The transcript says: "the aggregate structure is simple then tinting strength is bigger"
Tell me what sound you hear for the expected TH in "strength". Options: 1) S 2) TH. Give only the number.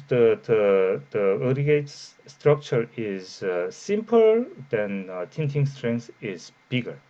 1